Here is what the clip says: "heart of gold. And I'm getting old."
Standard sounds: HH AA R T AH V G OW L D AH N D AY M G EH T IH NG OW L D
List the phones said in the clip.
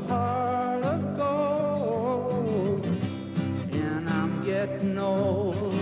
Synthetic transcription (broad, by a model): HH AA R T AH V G OW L AH N AY M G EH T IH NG OW